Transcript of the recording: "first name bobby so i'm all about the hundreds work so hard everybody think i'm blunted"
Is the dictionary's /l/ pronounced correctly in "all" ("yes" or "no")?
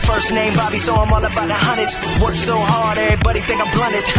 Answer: no